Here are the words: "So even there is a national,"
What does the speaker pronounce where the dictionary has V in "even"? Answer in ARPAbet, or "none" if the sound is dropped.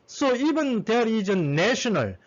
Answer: B